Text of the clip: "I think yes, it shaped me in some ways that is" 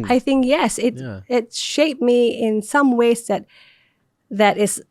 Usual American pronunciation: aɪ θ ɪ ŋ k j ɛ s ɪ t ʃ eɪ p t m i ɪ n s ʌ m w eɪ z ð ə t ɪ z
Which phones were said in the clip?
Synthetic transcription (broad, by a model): aɪ θ ɪ ŋ k j ɛ s ɪ t ʃ eɪ p m i ɪ n s ʌ m w eɪ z ð ə t ɪ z